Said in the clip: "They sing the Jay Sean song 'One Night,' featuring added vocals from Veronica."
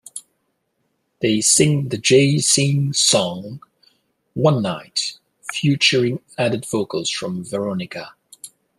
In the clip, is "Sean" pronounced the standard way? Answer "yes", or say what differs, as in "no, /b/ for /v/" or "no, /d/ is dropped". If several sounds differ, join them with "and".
no, /s/ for /ʃ/